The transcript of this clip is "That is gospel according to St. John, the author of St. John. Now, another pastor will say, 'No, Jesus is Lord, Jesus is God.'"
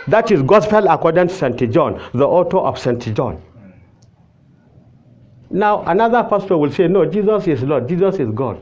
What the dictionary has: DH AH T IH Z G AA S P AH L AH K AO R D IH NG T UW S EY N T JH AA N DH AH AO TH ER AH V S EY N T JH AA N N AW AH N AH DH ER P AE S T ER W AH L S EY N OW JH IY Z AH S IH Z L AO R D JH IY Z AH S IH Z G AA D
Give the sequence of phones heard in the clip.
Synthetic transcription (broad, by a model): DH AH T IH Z G AA S P AH L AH K AO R D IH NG T UW S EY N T JH AA N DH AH AO T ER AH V S EY N T JH AA N N AW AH N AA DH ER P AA S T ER W AH L S EY N OW JH IY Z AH S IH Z L AO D JH IY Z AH S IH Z G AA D